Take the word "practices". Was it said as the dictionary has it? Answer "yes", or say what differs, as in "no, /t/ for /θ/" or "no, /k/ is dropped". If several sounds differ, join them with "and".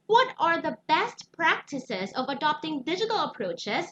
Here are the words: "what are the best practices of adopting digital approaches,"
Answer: yes